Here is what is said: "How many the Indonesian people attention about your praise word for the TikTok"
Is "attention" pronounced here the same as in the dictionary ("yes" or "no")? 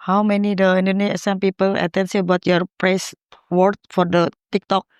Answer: no